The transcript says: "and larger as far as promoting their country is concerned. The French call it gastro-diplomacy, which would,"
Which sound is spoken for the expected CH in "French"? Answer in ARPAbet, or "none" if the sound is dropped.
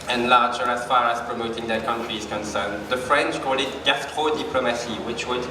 CH